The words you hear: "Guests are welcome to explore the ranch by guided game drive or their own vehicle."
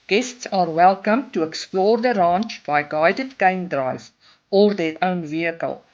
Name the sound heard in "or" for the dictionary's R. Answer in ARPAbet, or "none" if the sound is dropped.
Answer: R